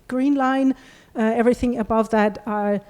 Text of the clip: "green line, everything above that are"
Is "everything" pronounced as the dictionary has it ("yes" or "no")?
yes